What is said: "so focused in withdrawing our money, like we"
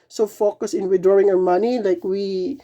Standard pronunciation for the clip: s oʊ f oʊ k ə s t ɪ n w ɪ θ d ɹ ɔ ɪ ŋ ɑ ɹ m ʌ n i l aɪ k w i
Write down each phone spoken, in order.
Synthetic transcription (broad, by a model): s oʊ f oʊ k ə s ɪ n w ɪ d ɹ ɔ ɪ ŋ ɑ ɹ m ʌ n i l aɪ k w i